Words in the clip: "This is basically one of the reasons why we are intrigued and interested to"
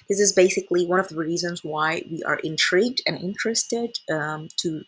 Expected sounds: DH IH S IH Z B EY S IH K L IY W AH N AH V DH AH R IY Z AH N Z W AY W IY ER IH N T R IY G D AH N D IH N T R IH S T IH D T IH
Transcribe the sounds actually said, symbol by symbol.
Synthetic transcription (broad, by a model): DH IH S IH Z B EY S IH K L IY W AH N AH V DH AH R IY Z AH N Z W AY W IY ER IH N T R IY G D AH N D IH N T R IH S T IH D T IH